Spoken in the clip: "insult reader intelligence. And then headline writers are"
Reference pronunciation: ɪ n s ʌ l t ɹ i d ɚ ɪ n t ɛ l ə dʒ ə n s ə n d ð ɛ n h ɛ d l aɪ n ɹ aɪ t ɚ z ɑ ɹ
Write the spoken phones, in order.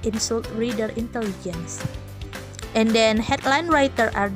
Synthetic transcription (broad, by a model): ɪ n s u l t ɹ i d ɚ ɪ n t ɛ l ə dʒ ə n s ə n d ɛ n h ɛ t l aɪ n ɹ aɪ t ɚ ɑ ɹ